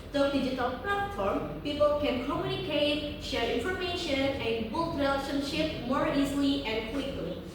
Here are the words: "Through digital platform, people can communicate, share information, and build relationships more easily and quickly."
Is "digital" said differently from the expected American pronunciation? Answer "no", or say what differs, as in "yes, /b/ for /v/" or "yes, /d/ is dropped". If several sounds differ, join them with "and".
no